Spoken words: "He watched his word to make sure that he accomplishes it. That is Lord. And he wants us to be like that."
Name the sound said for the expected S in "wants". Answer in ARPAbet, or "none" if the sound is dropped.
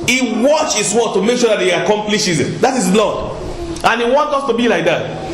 none